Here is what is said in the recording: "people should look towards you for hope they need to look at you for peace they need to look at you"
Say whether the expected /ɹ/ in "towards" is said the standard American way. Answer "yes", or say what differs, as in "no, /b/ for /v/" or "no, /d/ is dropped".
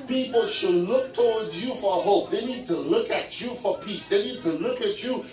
no, /w/ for /ɹ/